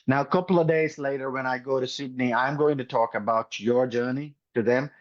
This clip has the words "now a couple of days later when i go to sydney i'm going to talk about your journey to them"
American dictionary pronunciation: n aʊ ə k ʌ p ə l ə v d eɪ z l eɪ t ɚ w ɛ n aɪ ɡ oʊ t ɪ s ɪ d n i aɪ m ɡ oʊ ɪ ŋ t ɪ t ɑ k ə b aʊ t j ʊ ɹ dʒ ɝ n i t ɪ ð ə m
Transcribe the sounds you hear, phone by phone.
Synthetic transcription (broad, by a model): n aʊ ə k ʌ p l ə v d eɪ z l eɪ t ɚ w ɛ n aɪ ɡ oʊ t ɪ s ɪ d n i aɪ m ɡ oʊ ɪ ŋ t ɪ t ɑ k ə b aʊ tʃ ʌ ɹ dʒ ɝ n i t ɪ ð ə m